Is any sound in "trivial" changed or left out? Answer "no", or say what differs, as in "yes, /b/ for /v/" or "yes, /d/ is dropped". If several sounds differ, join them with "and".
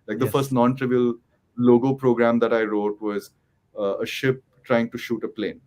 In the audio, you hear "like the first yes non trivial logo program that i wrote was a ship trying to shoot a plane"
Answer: no